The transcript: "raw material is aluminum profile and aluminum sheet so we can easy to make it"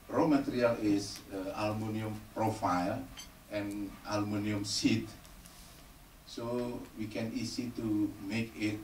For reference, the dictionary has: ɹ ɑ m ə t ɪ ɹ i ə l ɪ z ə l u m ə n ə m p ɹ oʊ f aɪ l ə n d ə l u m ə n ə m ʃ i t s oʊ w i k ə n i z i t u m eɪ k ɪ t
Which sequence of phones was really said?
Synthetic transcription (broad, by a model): ɹ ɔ m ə t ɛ ɹ i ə l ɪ s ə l m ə n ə m p ɹ oʊ f aɪ l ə n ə l m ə n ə m s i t s oʊ w i k ə n i s i t u m eɪ k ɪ t